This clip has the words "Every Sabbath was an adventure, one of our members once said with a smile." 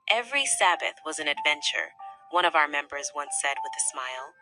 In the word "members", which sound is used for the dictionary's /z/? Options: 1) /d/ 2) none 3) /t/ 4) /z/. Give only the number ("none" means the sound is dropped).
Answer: 4